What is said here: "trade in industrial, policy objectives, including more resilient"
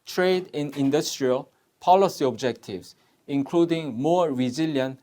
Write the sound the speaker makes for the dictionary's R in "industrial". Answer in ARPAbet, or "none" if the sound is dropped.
R